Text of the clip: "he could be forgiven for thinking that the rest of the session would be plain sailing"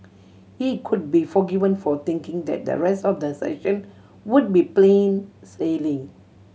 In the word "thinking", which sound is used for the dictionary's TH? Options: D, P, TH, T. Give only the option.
T